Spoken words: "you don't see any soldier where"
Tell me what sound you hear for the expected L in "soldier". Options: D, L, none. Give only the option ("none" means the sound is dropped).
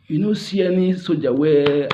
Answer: none